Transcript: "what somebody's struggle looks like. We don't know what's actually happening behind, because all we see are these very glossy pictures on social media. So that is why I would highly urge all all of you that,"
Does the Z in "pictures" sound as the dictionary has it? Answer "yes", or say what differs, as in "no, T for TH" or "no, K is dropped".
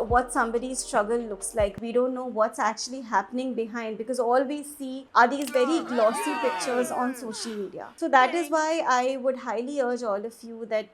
yes